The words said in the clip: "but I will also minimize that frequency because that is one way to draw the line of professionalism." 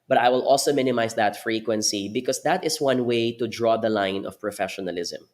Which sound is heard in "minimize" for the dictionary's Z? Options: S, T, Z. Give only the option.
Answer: S